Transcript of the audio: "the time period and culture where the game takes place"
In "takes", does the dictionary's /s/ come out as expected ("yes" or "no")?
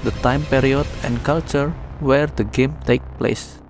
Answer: no